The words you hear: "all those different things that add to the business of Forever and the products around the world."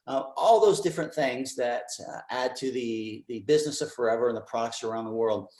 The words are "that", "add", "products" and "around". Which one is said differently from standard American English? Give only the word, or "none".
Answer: none